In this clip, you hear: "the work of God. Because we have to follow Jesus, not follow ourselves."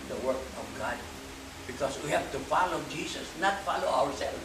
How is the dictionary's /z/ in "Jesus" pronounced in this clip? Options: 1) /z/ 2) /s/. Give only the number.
2